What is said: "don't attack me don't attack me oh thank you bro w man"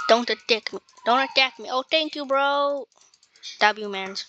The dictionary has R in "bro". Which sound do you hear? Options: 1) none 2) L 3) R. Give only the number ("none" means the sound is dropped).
3